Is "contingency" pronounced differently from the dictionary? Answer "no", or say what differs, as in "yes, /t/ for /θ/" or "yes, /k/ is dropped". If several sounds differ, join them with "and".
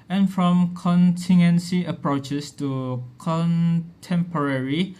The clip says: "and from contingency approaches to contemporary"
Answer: yes, /dʒ/ is dropped